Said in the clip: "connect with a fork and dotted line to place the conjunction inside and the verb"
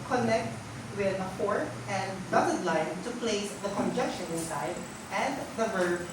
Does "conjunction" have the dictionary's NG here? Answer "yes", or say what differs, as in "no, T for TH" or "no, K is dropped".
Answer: no, NG is dropped